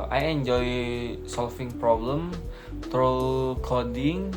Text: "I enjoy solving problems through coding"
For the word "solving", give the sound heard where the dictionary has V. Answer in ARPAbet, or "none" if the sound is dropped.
F